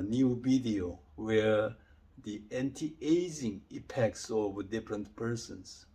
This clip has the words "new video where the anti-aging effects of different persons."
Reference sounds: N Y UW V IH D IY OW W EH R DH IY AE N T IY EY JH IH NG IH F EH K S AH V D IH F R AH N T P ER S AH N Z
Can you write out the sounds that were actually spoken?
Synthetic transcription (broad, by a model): N Y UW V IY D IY OW W EH R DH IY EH N T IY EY Z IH NG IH P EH K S AH V D IH F R AH N T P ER S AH N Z